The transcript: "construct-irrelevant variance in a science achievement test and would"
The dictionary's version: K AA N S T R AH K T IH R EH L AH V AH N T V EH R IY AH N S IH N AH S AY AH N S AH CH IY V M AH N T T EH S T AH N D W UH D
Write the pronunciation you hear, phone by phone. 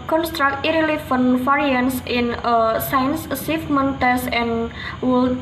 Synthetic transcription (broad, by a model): K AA N S T R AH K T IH R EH L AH F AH N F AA R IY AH N S IH N AH S AY AH N S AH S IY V M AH N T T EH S AH N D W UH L